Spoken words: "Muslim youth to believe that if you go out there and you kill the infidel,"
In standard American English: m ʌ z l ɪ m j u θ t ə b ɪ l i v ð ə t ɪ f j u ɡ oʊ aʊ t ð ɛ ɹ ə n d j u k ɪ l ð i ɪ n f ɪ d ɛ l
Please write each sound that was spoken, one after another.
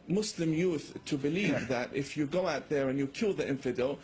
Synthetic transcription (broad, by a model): m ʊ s l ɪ m j u θ t ə b ɪ l i v ð ə t ɪ f j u ɡ oʊ aʊ t ð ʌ ɹ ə n j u k ɪ l ð i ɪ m f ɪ d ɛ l